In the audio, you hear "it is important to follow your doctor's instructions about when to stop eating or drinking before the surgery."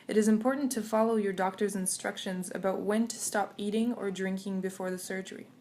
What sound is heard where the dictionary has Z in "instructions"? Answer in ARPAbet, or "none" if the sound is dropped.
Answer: Z